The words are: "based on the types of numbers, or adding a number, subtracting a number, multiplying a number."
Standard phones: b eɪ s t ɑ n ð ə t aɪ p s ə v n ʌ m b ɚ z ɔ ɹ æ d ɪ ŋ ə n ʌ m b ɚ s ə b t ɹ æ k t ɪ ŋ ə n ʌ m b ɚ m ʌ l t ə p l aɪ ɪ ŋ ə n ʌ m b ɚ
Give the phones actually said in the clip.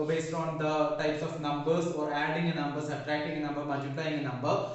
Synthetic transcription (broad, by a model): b eɪ s t ɑ n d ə t aɪ p s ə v n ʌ m b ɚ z ɔ ɹ æ d ɪ ŋ ə n ʌ m b ɚ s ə t ɹ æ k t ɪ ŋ ə n ʌ m b ɚ m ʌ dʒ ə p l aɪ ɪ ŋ ə n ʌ m b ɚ